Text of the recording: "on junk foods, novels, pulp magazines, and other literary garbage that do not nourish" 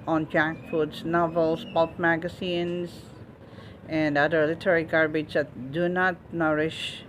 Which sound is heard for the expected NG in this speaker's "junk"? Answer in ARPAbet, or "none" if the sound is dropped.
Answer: none